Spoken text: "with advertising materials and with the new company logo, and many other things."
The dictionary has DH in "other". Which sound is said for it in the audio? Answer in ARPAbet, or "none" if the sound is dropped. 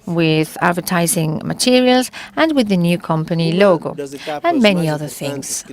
DH